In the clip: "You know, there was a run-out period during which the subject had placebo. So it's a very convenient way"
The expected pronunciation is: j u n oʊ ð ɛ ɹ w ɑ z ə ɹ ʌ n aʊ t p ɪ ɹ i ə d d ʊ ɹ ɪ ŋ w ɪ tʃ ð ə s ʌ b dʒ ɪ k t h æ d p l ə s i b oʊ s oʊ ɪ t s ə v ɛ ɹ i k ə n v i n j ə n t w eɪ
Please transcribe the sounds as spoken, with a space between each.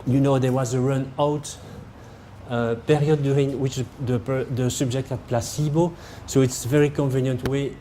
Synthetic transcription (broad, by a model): j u n oʊ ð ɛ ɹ w ɑ z ə ɹ ʌ n aʊ t p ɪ ɹ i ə d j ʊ ɹ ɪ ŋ w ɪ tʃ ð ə s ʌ b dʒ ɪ k t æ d p l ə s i b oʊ s oʊ ɪ t s ə v ɛ ɹ i k ə n v i n j ə n t w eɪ